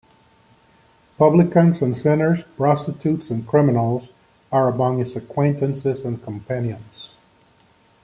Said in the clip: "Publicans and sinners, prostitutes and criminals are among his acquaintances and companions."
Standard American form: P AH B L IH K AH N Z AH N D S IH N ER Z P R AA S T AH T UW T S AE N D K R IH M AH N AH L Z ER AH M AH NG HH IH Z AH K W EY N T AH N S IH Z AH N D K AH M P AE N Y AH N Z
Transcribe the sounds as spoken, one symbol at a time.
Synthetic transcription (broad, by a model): P AH B L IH K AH N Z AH N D S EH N ER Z P R AA S T AH T UW T S N K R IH M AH N L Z ER AH M AH NG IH S AH K W EY N T AH N S IH Z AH N K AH M P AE N Y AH N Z